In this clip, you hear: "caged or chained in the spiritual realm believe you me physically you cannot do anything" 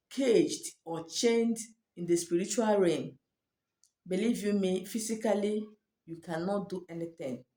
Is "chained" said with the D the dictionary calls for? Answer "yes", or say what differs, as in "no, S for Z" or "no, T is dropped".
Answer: yes